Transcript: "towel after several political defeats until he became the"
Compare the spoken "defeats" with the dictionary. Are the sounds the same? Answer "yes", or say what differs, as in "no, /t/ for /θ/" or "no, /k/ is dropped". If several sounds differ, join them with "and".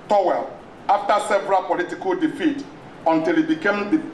no, /s/ is dropped